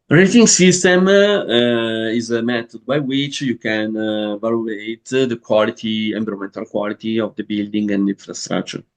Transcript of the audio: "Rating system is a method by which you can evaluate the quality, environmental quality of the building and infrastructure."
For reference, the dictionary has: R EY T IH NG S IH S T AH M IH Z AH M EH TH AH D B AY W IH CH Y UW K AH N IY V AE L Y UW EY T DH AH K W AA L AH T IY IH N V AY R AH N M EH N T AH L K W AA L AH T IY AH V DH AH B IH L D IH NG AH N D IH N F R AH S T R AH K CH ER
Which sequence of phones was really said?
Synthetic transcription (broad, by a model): R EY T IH NG S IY S T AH M IH Z AH M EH T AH D B AY W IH CH Y UW K AH N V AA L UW EY T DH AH K W AA L AH T IY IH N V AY R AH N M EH N T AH L K W AA L AH T IY AH V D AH B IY L D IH NG AH N D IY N F R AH S T R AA K CH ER